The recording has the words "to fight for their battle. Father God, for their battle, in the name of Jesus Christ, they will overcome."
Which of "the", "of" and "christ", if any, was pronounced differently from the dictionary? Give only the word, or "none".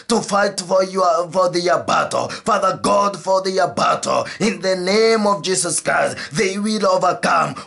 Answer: none